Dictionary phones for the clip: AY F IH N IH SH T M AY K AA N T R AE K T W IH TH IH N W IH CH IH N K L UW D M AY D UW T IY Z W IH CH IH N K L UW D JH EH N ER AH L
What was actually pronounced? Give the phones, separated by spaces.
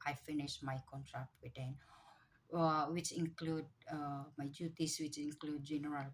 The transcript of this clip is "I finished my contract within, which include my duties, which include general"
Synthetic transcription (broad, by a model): AY F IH N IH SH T M AY K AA N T R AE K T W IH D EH N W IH CH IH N K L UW D M AY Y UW T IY S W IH CH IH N K L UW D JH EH N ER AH L